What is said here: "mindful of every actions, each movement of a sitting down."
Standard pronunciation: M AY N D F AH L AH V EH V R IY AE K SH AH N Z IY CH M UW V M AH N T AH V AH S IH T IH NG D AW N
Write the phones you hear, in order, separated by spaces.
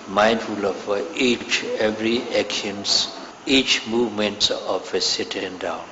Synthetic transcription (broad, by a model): M AY N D F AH L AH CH EH V R IY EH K AH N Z IY CH M UW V M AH N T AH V AH S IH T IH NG D AW N